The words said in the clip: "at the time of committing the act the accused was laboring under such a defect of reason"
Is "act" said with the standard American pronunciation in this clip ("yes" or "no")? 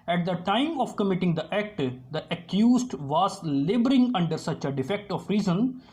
yes